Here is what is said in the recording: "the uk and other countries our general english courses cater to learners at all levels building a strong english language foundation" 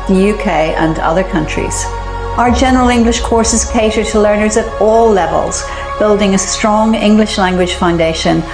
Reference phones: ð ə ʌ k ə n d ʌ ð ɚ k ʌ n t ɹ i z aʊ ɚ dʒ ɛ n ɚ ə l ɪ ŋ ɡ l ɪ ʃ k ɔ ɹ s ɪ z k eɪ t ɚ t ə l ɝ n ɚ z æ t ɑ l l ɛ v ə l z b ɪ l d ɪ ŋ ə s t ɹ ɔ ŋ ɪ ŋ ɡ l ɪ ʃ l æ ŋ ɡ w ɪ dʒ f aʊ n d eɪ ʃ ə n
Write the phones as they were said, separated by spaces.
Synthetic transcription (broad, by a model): ð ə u k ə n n ʌ ð ɚ k ʌ n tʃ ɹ i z aʊ ɚ dʒ ɛ n ɚ ə l ɪ ŋ ɡ l ɪ ʃ k ɔ ɹ s ɪ z k eɪ t ɚ t ə l ɝ n ɚ z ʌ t ɑ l l ɛ v ə l z b ɪ l d ɪ ŋ ə s t ɹ ɔ ŋ ɪ ŋ ɡ l ɪ ʃ l æ ŋ ɡ w ɪ dʒ f aʊ n d eɪ ʃ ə n